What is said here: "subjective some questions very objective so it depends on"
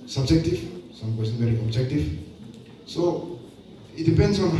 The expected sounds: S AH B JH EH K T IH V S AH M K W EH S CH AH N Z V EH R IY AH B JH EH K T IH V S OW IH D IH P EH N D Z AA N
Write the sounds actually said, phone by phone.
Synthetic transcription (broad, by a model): S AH B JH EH K T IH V S AH M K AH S AH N V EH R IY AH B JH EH K T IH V S OW IH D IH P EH N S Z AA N